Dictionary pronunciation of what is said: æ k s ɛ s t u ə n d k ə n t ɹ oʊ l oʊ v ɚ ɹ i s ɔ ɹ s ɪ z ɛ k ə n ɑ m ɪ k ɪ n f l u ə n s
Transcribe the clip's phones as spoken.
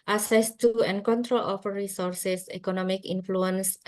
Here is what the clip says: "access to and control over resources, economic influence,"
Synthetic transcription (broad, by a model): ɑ s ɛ s t u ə n k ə n t ɹ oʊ l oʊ f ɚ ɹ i s ɔ ɹ s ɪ s ɛ k ə n ɑ m ɪ k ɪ n f l u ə n s